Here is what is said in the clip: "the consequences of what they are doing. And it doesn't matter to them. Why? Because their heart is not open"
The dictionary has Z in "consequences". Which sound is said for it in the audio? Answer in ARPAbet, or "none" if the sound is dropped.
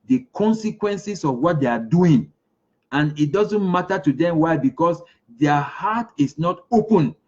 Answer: S